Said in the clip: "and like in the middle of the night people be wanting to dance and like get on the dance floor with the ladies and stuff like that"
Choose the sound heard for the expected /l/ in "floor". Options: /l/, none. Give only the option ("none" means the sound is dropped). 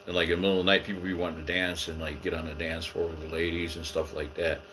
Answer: none